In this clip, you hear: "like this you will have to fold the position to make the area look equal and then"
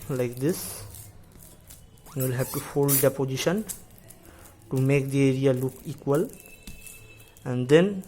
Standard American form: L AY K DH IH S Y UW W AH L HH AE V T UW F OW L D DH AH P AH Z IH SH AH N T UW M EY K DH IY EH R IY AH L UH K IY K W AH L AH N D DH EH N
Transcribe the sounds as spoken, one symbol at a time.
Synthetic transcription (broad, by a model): L AY K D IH S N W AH L HH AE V T UW F OW L D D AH P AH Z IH SH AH N T UW M EY K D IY EH R IY AH L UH K IY K W AH L AH N D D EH N